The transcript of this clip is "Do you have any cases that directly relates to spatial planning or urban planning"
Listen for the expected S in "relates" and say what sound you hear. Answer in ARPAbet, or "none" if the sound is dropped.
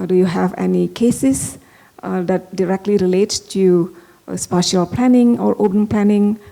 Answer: none